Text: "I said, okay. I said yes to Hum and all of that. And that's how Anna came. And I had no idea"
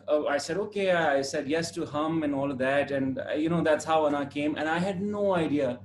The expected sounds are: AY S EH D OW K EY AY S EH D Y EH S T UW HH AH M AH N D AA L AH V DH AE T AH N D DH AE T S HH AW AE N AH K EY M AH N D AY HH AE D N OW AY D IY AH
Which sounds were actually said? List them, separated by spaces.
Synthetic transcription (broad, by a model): AY S EH D OW K EY AY S EH D Y EH S T UW HH AH M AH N AA L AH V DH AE T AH N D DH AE T S HH AW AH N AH K EY M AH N AY HH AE D N OW AY D IY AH